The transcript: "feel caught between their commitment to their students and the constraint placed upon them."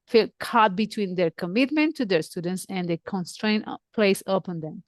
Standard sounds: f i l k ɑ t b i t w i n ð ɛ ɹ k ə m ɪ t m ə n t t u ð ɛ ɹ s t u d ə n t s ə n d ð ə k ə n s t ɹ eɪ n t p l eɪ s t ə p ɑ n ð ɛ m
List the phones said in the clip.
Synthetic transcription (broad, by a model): f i l k ɑ t b i t w i n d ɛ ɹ k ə m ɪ t m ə n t t u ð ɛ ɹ s t u d ə n t s ə n d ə k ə n s t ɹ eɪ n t p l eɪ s ə p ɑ n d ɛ m